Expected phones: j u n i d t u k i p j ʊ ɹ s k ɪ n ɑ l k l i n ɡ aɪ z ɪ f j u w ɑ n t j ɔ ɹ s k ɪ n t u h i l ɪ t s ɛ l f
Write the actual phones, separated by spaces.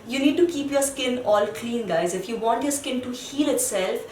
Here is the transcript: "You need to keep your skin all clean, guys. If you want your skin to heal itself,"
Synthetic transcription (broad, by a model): j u n i d t u k i p j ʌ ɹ s k ɪ n ɑ l k l i n ɡ aɪ z ɪ f j u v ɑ n t j ɔ ɹ s k ɪ n t u h i l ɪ t s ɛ l f